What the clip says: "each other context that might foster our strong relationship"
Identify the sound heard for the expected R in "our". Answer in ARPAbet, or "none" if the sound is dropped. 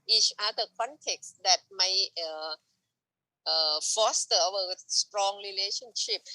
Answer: W